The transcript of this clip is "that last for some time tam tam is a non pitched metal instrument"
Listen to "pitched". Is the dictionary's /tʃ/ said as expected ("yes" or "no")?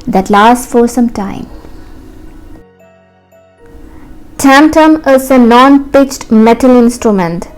yes